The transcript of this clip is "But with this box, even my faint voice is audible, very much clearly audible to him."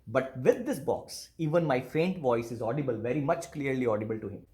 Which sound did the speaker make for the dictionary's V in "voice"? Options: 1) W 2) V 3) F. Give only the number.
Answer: 2